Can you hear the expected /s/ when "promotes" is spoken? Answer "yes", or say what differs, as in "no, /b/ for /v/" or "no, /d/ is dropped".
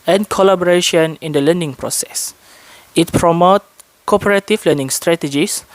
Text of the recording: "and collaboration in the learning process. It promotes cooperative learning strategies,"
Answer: no, /s/ is dropped